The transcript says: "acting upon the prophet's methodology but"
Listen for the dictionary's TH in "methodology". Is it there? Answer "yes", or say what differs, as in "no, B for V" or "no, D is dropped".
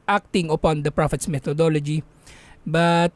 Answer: no, T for TH